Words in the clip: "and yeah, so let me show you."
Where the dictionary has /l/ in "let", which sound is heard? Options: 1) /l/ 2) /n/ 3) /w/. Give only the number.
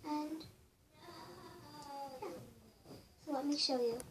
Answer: 3